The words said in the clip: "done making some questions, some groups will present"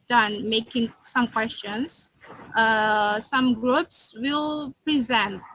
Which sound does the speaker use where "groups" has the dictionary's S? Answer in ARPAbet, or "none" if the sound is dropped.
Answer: S